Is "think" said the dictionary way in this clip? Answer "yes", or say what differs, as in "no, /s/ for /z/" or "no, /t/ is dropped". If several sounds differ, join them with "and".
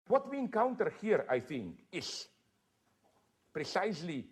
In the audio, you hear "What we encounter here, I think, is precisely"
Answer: yes